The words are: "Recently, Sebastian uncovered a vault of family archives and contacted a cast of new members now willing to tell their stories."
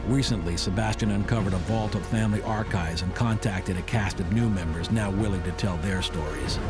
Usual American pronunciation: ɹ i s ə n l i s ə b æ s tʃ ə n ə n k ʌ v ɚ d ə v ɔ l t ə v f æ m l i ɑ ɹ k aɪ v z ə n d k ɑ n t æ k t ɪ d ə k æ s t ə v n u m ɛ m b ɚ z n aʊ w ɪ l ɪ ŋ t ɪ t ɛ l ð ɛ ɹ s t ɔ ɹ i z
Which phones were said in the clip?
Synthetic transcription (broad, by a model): ɹ i s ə n l i s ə b æ s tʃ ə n ə n k ʌ v ɚ d ə v ɔ l t ə v f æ m l i ɑ ɹ k aɪ v z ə n k ɑ n t æ k t ɪ d ə k æ s t ə v n u m ɛ m b ɚ z n aʊ w ɪ l ɪ ŋ t ɪ t ɛ l ð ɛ ɹ s t ɔ ɹ i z